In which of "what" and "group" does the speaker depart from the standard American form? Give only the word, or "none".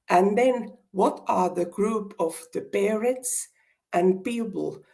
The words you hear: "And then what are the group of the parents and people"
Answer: none